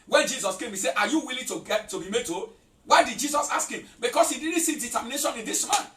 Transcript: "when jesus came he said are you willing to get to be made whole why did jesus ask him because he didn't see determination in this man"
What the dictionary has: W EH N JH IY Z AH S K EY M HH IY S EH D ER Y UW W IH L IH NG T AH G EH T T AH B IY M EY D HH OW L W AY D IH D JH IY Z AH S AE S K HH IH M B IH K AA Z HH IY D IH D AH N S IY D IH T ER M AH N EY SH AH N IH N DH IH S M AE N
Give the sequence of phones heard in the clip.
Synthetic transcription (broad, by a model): W EH N JH IY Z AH S K EY M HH IY S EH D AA Y UW W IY L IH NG T AH G EH T T AH B IY M EY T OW W AY D IH D JH IY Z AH S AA S K HH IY M B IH K AA S HH IY D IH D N S IY D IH T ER M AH N EY SH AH N IH N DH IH S M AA N